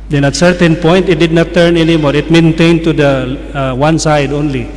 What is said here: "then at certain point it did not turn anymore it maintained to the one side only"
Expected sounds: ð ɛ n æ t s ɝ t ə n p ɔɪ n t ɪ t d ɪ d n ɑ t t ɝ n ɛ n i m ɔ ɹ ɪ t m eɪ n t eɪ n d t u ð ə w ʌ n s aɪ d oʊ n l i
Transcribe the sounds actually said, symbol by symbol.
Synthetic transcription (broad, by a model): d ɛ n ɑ t s ɝ t ə n p ɔɪ n t ɪ t d ɪ d n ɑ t t ɝ n ɛ n i m ɔ ɹ ɪ t m eɪ n t eɪ n d t u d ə w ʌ n s aɪ d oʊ n l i